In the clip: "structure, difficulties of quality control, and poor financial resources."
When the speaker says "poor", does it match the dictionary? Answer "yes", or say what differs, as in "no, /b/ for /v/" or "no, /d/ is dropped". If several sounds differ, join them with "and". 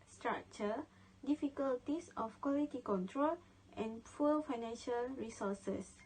no, /l/ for /ɹ/